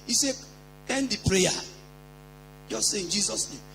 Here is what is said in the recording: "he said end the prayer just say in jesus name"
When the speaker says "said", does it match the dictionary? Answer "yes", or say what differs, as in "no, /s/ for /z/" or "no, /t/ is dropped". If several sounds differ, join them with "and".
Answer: no, /d/ is dropped